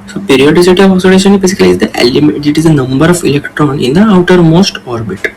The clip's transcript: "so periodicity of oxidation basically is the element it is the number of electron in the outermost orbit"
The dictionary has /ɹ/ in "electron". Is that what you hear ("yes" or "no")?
yes